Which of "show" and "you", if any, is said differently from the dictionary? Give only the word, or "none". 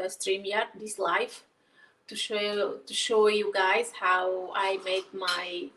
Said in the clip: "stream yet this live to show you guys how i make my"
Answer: none